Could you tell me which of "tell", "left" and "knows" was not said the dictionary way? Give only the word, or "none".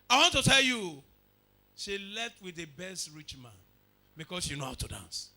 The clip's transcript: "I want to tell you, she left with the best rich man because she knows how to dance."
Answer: knows